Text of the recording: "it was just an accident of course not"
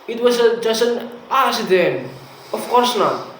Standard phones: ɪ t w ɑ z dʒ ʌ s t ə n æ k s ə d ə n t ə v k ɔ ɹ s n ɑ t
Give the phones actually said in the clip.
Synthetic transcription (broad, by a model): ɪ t w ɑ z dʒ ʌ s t ə n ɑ s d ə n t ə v k ɔ ɹ s n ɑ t